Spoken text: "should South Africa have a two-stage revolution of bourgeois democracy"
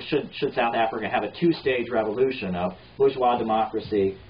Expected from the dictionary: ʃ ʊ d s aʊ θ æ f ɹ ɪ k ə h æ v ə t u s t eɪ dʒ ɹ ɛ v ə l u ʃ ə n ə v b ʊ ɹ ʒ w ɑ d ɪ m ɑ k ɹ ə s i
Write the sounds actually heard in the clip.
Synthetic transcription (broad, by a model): ʃ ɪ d s aʊ θ æ f ɹ ɪ k ə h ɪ v ə t u s t eɪ dʒ ɹ ɛ v ə l u ʃ ə n ə v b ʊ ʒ w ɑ d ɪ m ɑ k ɹ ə s i